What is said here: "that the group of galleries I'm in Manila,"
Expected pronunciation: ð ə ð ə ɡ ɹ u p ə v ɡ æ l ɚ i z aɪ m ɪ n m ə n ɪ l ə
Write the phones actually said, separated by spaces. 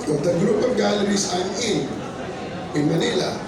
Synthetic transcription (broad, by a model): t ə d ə ɡ ɹ u p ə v ɡ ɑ l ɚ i s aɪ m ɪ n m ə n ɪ l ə